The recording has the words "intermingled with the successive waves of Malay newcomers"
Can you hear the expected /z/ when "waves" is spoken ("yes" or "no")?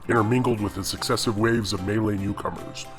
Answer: yes